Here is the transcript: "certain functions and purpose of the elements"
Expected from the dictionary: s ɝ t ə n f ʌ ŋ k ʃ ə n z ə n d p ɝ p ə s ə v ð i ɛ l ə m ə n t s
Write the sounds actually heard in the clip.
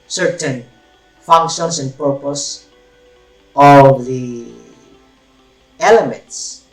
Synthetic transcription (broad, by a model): s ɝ t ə n f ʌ ŋ k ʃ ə n s ə n d p ɝ p ə s ə v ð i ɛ l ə m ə n t s